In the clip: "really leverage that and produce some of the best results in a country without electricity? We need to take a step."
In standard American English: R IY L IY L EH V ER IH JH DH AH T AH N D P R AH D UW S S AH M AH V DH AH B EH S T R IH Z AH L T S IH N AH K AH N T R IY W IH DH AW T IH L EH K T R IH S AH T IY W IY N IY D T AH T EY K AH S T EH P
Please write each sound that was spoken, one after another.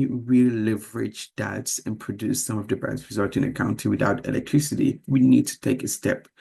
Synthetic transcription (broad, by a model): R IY L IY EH V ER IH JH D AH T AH N P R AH D UW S S AH M AH V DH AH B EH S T R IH Z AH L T IH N AH K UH N T IY W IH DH AW T IH L EH K T R IH S AH T IY W IY N IY D T AH T EY K AH S T EH P